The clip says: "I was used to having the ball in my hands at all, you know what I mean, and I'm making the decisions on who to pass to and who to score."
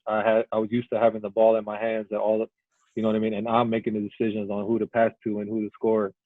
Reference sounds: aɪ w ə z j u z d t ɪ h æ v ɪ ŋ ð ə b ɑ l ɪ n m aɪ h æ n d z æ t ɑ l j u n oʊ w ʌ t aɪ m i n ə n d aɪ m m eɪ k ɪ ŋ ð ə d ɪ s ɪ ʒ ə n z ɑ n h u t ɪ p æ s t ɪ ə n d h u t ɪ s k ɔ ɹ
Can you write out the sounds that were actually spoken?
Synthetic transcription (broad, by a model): aɪ w ə z j u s t ɪ h æ v ɪ ŋ ð ə b ɑ l ɪ n m aɪ h æ n d z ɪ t ɑ l j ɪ n oʊ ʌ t aɪ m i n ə n aɪ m m eɪ k ɪ ŋ ð ə d ɪ s ɪ ʒ ə n z n h u t ɪ p æ s t ɪ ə n h u t ɪ s k ɔ ɹ